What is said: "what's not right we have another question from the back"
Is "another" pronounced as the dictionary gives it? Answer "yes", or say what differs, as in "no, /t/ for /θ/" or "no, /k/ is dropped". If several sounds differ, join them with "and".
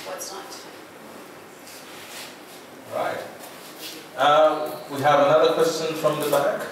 yes